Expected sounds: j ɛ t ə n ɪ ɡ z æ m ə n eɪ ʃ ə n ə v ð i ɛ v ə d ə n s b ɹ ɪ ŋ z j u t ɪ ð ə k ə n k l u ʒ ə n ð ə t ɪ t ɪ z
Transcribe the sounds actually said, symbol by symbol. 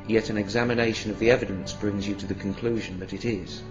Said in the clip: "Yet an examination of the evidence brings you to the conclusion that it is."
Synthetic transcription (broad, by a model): j ɛ t ə n ɪ ɡ z æ m ə n eɪ ʃ ə n ə v ð i ɛ v ə d ə n s b ɹ ɪ ŋ z j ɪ t ɪ ð ə k ə n k l u ʒ ə n ð ə t ɪ t ɪ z